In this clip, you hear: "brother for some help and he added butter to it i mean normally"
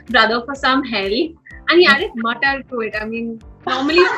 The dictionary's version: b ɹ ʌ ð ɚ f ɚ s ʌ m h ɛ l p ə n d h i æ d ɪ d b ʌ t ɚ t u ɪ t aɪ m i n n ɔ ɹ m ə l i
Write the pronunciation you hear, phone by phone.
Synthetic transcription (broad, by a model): b ɹ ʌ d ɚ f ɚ s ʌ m h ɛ l ə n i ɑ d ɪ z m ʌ t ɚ t u ɪ t aɪ m i n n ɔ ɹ m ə l i